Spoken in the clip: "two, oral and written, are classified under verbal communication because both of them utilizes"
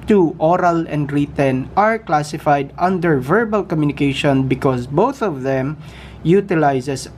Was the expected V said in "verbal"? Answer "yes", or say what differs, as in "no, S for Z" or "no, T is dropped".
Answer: yes